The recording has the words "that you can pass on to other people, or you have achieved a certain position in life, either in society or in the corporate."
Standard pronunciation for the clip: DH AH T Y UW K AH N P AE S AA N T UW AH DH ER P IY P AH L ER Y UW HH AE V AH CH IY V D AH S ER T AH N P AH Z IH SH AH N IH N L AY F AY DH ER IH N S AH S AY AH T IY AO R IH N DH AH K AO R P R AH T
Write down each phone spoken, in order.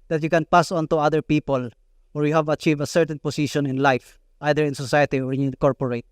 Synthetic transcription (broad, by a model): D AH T Y UW K AH N P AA S AA N T UW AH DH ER P IY P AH L ER Y UW HH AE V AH CH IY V AH S ER T AH N P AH S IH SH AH N IH N L AY F AY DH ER IH N S AH S AY AH T IY AO R IH N K AO R P R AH T